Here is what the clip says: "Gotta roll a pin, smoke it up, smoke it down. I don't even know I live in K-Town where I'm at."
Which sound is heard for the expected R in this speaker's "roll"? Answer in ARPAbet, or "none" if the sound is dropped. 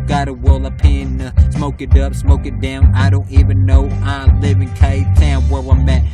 W